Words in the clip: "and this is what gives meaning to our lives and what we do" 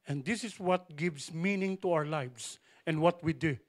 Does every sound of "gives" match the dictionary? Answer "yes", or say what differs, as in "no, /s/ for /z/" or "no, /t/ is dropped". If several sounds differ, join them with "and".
no, /s/ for /z/